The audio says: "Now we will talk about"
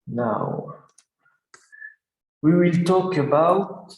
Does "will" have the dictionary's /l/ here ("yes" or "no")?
yes